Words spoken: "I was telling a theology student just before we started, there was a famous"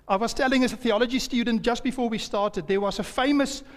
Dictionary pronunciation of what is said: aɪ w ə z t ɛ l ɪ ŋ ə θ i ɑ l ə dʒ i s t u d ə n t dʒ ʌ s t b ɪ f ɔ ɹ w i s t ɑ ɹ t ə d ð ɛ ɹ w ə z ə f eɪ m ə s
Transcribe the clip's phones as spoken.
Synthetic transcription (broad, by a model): aɪ w ə z t ɛ l ɪ ŋ ə θ i ɑ l ə dʒ i s t u d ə n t dʒ ʌ s t b ɪ f ɔ ɹ w i s t ɑ ɹ t ə d ð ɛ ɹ w ə z ə f eɪ m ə s